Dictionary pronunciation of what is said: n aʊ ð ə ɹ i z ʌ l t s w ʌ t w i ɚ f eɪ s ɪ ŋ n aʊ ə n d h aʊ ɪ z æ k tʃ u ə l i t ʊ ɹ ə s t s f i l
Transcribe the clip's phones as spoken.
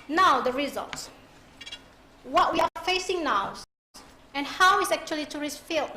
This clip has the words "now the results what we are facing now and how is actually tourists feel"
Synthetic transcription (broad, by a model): n aʊ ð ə ɹ i z ʌ l t s w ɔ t w i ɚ f eɪ s ɪ ŋ n aʊ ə n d h aʊ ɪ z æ k tʃ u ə l i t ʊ ɹ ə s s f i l